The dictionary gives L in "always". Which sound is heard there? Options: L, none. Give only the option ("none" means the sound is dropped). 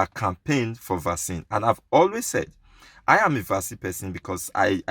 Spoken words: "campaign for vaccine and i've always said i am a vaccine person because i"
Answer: L